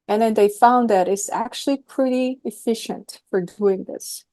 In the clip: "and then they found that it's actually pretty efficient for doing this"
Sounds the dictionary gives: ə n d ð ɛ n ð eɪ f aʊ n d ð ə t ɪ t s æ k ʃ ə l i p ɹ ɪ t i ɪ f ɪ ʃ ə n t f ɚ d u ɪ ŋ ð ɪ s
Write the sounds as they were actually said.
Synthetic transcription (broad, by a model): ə n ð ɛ n ð eɪ f aʊ n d ð ə t ɪ t s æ k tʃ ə l i p ɹ ɪ t i ɪ f ɪ ʃ ə n t f ɚ d u ɪ ŋ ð ɪ s